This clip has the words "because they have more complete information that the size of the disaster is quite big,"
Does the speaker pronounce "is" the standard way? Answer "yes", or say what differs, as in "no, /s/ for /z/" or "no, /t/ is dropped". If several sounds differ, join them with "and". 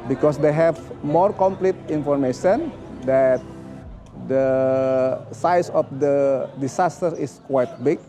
no, /s/ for /z/